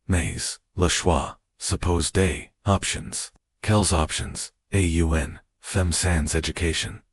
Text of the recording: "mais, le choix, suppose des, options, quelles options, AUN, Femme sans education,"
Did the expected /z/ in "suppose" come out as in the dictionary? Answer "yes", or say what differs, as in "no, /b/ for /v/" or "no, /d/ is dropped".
yes